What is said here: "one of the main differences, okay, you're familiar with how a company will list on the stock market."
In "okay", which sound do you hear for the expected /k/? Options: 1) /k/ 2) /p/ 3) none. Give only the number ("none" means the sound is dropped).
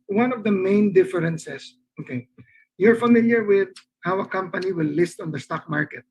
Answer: 1